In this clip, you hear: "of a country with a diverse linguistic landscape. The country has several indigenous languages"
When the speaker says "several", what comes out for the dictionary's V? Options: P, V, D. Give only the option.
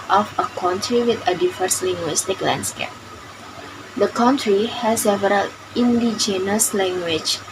V